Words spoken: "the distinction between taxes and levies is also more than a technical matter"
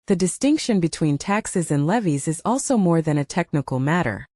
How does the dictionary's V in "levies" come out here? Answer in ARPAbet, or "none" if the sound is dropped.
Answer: V